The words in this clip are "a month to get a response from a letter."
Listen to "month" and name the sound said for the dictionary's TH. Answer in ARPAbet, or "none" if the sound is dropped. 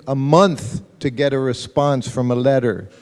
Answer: TH